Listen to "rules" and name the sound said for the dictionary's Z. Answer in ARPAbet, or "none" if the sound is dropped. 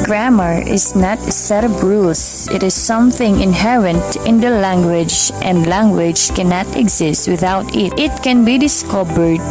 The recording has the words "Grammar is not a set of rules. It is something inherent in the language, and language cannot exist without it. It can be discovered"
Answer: S